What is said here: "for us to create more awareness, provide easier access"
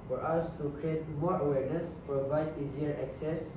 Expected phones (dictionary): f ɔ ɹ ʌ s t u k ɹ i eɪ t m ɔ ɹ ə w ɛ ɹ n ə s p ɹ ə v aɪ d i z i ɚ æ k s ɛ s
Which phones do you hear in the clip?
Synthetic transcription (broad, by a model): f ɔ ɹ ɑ s t u k ɹ i eɪ t m ɔ ɹ ə w ɛ ɹ n ə s p ɹ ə v aɪ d i z i ɚ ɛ k s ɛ s